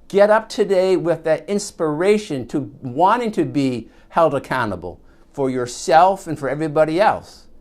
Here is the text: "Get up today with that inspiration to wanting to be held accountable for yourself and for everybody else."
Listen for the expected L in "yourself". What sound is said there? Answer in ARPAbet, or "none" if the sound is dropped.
L